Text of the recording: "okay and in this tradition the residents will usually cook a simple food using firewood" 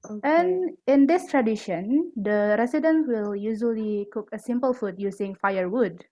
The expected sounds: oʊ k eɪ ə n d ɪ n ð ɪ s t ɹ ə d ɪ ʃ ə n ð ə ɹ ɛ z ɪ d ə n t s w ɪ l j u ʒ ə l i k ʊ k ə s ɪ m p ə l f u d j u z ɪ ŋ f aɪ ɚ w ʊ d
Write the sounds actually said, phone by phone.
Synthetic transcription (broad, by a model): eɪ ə n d ɪ n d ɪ s t ɹ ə d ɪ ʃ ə n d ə ɹ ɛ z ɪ d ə n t w ɪ l j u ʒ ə l i k ʊ k ə s ɪ m p ə l f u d j u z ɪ ŋ f aɪ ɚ w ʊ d